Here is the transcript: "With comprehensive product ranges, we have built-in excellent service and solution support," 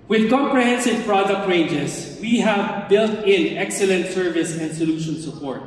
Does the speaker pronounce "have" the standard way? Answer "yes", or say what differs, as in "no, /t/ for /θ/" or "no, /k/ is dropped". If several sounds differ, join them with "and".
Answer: yes